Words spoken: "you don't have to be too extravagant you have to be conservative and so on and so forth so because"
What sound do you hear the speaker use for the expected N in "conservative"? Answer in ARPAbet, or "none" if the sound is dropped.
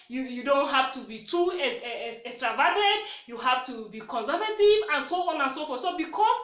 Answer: N